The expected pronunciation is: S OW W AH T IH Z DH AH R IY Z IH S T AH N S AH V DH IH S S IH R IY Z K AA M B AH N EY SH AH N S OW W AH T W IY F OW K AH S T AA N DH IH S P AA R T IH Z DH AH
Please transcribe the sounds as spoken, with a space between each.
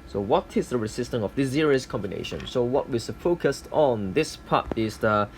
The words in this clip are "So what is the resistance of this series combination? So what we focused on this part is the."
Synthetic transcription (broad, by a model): S OW W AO T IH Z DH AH R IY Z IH S T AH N AH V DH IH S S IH R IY S K AA M B AH N EY SH AH N S OW W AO T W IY F OW K AH S T AA N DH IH S P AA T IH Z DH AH